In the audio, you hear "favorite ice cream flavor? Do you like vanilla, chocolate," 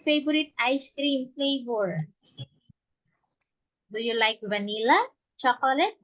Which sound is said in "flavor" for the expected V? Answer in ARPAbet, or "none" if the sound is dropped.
B